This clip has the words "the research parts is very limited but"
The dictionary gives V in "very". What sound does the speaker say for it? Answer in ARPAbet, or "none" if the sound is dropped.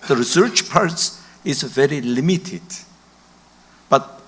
V